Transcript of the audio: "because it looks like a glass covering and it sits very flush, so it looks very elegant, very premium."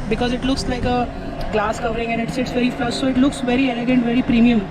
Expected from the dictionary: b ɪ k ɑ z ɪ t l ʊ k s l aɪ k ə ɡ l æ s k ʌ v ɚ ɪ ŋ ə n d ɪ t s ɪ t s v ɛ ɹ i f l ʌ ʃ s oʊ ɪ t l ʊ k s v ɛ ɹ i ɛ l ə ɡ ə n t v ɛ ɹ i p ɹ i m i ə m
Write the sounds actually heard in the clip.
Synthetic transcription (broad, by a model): b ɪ k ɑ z ɪ t l ʊ k s l aɪ k ə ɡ l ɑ s k ʌ v ɚ ɪ ŋ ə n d ɪ t s ɪ t s v ɛ ɹ i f ʌ s s oʊ ɪ t l ʊ k s v ɛ ɹ i ɛ l ə ɡ ə n t v ɛ ɹ i p ɹ i m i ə m